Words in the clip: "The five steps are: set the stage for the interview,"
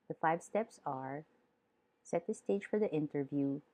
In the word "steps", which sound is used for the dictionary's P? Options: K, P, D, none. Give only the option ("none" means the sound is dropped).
P